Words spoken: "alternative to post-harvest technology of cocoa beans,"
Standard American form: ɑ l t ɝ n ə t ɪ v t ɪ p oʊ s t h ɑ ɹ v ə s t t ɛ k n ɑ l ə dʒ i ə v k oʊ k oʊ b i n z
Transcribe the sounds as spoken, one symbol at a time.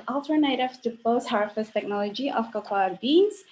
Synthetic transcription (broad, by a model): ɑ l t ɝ n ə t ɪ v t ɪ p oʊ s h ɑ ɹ f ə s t t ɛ k n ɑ l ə dʒ i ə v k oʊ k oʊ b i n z